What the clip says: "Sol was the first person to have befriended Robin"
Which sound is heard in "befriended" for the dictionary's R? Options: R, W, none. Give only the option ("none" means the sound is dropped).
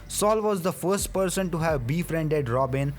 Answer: R